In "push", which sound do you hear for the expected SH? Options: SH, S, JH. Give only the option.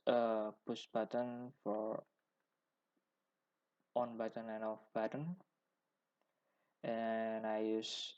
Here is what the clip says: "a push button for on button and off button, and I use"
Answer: S